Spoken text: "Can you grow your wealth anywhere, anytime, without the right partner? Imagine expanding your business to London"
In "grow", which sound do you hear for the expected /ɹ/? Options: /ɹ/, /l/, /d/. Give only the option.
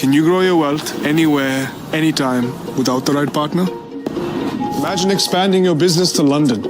/ɹ/